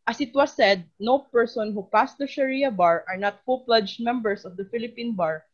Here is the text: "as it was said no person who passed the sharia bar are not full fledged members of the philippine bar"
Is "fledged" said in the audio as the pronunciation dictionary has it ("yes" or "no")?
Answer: no